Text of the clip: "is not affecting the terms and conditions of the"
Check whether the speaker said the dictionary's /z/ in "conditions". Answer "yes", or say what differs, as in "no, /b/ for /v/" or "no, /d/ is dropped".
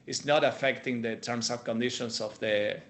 no, /s/ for /z/